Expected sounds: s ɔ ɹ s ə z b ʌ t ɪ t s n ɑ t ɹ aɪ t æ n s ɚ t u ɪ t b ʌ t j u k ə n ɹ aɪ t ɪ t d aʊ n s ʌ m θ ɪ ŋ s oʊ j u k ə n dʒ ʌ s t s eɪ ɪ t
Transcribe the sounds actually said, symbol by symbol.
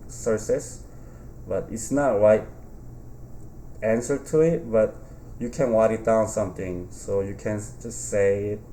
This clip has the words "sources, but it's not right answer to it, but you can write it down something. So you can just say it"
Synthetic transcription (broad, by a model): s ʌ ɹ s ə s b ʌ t ɪ t s n ɑ t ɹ aɪ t æ n s ɚ t u ɪ t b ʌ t j u k ə n w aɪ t ɪ t d aʊ n s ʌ m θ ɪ ŋ s oʊ j u k ə n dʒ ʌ s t s eɪ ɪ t